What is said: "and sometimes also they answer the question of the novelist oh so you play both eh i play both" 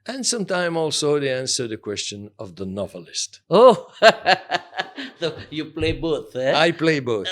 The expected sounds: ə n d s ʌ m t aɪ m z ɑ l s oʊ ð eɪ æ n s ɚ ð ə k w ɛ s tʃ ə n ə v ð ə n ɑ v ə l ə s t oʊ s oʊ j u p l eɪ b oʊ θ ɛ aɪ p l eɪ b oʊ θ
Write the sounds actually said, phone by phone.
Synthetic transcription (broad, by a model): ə n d s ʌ m t aɪ m ɑ l s oʊ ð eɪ æ n s ɚ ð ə k w ɛ s tʃ ə n ə v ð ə n ɑ v ə l ə s t oʊ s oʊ j u p l eɪ b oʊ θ ɛ aɪ p l eɪ b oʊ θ